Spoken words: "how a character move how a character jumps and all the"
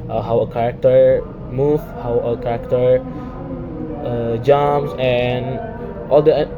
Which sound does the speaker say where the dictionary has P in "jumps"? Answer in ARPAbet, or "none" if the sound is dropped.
none